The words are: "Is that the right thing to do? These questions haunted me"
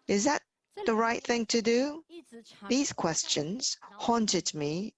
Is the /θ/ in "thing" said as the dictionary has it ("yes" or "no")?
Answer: yes